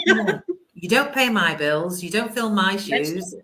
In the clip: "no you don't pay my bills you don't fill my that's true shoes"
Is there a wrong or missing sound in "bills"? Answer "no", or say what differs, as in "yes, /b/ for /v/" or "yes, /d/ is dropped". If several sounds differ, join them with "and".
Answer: no